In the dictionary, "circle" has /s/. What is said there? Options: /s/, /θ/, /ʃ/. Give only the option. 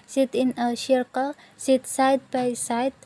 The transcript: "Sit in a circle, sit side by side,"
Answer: /ʃ/